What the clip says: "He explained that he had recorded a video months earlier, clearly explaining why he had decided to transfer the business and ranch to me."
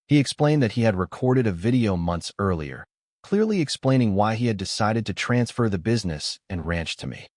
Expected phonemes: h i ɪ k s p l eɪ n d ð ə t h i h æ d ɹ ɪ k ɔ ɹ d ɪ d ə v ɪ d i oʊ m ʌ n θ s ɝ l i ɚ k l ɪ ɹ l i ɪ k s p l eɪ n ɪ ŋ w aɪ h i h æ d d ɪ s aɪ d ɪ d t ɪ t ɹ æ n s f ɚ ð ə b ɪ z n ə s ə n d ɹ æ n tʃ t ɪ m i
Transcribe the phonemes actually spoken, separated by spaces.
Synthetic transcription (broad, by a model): h i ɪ k s p l eɪ n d ð ə t h i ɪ d ɹ ɪ k ɔ ɹ d ɪ d ə v ɪ d i oʊ m ʌ n θ s ɝ l i ɚ k l ɪ ɹ l i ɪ k s p l eɪ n ɪ ŋ w aɪ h i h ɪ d d ɪ s aɪ d ɪ d t ɪ t ɹ æ n s f ɚ ð ə b ɪ z n ə s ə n ɹ æ n tʃ t ɪ m i